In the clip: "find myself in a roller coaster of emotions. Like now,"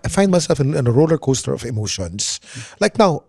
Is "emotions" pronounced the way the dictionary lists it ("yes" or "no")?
no